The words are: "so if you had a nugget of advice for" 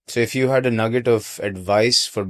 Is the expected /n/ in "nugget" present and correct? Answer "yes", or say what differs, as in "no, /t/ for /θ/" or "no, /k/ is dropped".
yes